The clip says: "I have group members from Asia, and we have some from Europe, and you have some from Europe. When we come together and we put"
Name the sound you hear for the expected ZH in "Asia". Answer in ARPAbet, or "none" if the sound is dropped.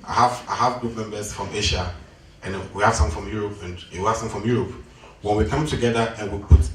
SH